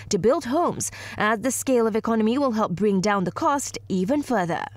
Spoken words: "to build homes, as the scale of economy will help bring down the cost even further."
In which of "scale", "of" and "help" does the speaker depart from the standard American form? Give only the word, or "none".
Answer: none